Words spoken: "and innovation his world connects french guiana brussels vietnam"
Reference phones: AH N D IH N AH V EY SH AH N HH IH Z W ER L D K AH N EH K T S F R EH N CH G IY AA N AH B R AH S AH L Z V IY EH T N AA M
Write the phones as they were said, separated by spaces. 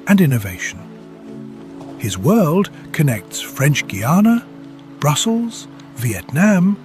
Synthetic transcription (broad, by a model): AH N IH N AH V EY SH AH N HH IH Z W ER L D K AH N EH K T S F R EH N CH G IY AA N AH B R AH S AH L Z V IY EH T N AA M